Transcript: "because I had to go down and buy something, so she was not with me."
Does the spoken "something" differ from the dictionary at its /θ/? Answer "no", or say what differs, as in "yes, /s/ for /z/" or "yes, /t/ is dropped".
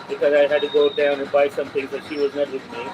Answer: yes, /t/ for /θ/